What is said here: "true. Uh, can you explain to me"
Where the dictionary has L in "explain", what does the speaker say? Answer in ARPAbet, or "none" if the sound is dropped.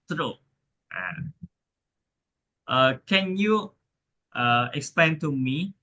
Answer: L